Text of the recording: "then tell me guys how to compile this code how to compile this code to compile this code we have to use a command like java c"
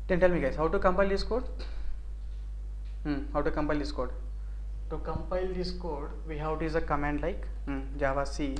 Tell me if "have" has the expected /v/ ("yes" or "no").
no